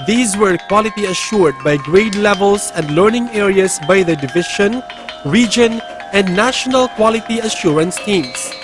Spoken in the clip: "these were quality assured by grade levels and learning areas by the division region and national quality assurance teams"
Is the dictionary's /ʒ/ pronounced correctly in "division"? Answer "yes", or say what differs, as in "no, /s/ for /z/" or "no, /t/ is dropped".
no, /ʃ/ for /ʒ/